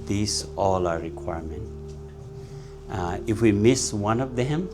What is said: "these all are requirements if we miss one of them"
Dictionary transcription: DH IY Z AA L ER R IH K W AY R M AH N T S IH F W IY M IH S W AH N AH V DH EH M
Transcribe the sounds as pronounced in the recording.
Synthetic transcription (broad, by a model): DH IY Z AA L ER R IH K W AY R M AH N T IH F W IY M IH S W AH N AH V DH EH M